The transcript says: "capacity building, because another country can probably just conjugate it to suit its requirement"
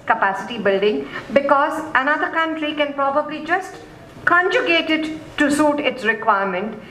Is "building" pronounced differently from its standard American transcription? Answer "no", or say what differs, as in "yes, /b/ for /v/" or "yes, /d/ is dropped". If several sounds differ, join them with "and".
no